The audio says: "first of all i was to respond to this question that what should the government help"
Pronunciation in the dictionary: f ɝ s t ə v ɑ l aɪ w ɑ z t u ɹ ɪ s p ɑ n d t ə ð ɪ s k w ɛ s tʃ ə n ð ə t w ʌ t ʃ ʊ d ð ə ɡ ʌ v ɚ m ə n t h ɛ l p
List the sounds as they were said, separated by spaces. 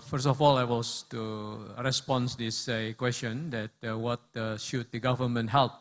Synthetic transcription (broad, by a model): f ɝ s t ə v ɑ l aɪ w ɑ s t u ɹ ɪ s p ɑ n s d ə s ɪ k w ɛ s tʃ ə n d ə t w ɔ t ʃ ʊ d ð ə ɡ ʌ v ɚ m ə n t h ɛ l p